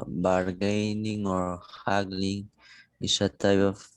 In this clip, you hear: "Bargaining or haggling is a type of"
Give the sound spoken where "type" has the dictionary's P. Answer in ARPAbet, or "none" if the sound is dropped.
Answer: B